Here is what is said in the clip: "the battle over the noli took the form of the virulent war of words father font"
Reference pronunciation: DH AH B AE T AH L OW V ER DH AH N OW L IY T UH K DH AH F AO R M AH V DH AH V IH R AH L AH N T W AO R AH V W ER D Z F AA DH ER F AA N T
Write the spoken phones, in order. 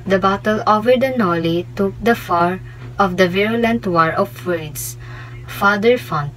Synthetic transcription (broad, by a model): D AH B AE T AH L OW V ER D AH N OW L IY T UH K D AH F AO R AH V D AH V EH R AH L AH N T W AO R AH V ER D S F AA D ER F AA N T